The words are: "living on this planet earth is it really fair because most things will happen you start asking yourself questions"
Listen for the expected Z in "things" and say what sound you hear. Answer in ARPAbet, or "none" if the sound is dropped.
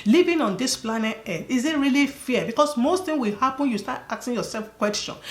none